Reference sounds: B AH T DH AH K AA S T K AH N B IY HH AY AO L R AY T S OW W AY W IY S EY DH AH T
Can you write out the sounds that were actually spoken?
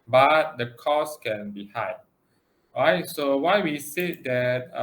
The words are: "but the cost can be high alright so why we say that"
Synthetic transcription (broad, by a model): B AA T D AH K AA S K AH N B IY HH AY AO R AY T S OW W AY W IY S EY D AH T